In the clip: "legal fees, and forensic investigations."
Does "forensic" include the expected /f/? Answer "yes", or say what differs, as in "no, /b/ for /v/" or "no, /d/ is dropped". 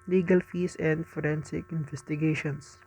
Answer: yes